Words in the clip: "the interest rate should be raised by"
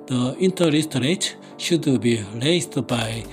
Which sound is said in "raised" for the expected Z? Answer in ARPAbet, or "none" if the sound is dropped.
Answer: S